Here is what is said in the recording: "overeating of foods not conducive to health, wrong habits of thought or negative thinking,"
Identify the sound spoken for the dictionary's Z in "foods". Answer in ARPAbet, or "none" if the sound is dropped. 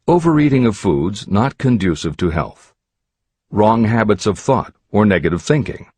Z